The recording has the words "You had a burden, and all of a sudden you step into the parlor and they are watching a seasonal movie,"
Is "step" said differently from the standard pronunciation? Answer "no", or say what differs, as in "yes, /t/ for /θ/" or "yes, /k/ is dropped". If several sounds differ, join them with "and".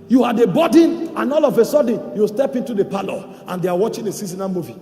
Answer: no